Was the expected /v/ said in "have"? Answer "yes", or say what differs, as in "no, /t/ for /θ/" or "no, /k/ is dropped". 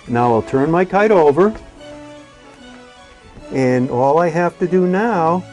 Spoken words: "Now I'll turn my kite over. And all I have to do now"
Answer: no, /f/ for /v/